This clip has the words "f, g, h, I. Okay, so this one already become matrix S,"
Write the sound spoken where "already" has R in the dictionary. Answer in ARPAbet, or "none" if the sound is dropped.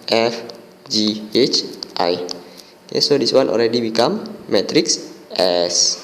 L